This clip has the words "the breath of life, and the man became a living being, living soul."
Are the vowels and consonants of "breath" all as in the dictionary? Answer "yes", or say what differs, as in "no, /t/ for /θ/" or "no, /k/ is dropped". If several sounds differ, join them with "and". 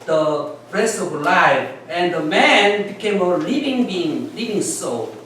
no, /t/ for /θ/